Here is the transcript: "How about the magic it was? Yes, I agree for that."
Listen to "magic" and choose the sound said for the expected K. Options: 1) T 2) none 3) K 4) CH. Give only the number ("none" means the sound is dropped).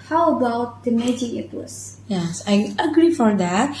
2